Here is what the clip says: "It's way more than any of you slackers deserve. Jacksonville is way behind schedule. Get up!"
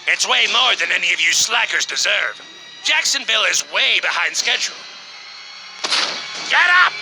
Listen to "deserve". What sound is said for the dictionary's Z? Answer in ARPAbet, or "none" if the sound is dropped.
Z